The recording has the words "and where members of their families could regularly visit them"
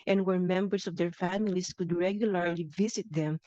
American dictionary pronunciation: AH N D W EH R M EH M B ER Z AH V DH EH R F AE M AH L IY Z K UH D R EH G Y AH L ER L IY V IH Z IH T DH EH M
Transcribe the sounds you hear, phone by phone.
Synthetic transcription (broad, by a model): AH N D W EH R M EH M B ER S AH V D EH R F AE M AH L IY S K UH D R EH G Y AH L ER L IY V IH S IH T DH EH M